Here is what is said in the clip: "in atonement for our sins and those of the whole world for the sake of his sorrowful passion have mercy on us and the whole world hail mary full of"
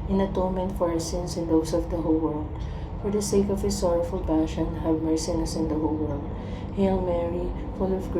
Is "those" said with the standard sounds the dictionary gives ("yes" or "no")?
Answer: no